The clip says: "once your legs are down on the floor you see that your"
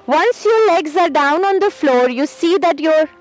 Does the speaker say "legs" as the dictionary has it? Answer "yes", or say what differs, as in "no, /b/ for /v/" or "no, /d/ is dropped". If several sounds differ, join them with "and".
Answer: yes